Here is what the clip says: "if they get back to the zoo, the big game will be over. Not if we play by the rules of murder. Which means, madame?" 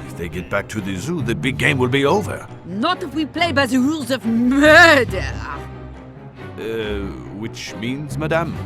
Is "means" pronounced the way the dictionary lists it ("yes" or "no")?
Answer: yes